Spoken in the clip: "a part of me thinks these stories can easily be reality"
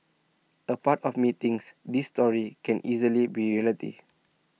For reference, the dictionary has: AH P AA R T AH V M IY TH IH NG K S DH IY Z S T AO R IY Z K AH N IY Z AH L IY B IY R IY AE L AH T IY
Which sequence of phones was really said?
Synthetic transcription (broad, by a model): AH P AA T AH F M IY T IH NG S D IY S T AO R IY K AH N IY Z AH L IY B IY R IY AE L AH T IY